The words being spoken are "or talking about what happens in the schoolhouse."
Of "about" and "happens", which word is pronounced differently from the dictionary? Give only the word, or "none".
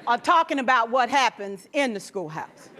none